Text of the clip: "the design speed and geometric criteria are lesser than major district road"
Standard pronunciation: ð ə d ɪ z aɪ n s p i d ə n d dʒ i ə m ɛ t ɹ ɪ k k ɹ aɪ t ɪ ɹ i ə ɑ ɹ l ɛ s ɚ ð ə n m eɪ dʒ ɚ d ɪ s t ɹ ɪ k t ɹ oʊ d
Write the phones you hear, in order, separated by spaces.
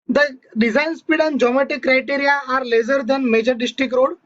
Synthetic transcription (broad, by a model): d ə d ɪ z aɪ n s p i d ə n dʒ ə m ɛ t ɪ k k ɹ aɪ t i ɹ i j ɑ ɹ l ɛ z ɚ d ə n m eɪ dʒ ɚ d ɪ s t ɹ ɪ k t ɹ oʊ d